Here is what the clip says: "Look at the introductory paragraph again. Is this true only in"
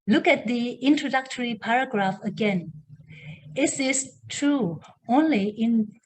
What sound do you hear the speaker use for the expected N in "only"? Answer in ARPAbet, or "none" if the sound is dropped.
N